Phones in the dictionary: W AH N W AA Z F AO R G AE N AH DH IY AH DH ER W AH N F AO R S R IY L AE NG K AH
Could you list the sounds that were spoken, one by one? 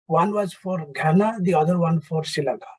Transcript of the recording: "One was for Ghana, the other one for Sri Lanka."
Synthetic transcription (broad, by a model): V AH N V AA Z F AO R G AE N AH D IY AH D ER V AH N F AO R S IY L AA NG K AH